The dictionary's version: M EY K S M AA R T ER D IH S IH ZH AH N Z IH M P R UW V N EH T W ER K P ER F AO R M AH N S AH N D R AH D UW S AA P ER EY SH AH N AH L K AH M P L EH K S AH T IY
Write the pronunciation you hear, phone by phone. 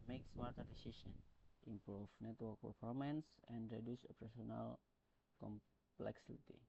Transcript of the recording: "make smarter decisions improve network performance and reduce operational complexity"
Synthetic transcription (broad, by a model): M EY K S M AA R T ER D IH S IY S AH N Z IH M P R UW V N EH T W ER K P ER F AO R M AH N S AH N D R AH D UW S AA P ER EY S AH N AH L K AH M P L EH K S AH T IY